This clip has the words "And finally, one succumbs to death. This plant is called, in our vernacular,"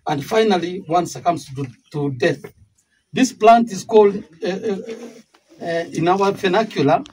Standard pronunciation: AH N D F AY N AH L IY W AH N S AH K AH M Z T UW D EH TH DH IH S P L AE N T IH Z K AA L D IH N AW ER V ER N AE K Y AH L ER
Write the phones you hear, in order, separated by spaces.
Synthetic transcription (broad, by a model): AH N D F AY N AH L IY W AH N S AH K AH M S T UW D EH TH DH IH S P L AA N T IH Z K AA L D IH N AW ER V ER N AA K Y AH L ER